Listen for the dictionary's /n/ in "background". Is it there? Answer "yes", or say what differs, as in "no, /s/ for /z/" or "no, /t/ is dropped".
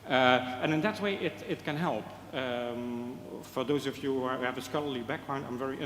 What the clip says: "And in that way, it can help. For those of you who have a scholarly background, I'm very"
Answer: yes